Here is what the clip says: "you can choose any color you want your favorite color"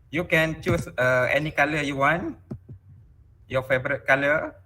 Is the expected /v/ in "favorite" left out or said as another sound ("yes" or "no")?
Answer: yes